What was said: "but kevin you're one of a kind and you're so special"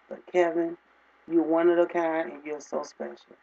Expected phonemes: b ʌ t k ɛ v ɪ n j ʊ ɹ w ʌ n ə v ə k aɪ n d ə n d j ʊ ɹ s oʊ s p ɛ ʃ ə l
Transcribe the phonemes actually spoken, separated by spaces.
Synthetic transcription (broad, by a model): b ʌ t k ɛ v ɪ n j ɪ w ʌ n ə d ə k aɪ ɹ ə n j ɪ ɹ s oʊ s p ɛ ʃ l